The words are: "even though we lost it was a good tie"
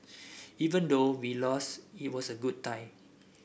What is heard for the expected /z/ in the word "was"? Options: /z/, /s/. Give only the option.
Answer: /s/